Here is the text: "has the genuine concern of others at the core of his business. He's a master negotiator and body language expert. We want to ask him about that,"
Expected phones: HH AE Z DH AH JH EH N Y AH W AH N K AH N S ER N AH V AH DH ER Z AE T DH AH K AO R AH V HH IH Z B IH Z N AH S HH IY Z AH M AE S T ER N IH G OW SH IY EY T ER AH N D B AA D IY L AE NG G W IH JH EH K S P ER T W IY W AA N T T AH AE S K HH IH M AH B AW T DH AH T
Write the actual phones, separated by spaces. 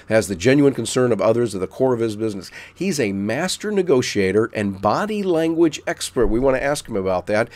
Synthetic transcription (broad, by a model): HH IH Z DH AH JH EH N Y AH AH N K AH N S ER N AH V AH DH ER Z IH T DH AH K AO R AH V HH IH Z B IH Z N AH S HH IY Z AH M AE S T ER N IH G OW SH IY EY T ER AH N B AA D IY L AE NG G W IH JH EH K S P ER T W IY W AA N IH T AE S K HH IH M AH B AW T DH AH T